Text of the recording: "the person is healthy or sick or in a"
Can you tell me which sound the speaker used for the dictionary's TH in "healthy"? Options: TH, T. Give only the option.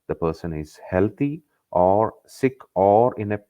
T